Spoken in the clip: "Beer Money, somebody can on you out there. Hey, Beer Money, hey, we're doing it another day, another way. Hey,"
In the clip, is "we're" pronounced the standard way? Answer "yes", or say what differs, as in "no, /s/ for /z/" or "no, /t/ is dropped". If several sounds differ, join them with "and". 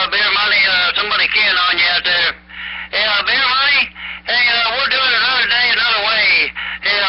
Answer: no, /l/ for /ɹ/